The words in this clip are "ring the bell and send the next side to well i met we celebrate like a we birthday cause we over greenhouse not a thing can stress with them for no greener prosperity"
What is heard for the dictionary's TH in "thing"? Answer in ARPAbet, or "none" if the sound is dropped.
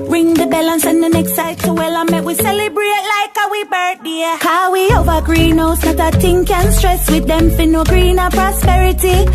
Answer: T